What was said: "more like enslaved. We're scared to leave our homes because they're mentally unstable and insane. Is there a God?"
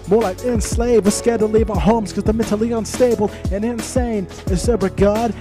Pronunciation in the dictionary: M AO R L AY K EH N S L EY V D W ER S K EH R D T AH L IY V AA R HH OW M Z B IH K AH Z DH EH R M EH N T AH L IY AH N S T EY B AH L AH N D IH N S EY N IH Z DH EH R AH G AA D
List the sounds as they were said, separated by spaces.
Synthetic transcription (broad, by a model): M AO R L AY K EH N S L EY V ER S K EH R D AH L IY V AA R HH OW M Z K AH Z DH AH M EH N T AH L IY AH N S T EY B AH L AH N IH N S EY N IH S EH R AH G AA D